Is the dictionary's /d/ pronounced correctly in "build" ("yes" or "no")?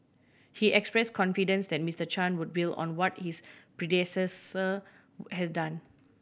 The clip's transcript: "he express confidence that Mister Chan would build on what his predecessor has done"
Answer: no